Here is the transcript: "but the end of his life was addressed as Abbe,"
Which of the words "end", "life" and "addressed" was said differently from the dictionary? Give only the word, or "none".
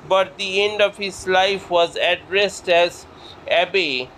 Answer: none